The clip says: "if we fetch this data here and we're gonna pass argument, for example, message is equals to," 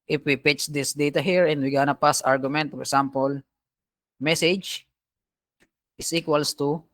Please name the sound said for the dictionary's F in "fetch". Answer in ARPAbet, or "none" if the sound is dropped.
P